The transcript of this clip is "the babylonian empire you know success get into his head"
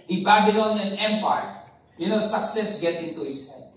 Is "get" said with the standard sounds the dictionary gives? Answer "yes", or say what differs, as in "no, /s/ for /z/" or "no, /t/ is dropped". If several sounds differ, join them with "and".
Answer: yes